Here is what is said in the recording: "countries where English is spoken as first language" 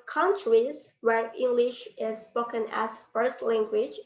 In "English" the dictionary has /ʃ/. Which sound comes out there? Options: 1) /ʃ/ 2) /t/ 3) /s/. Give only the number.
1